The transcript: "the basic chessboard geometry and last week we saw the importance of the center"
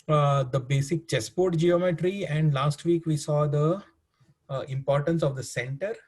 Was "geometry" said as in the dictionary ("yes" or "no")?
yes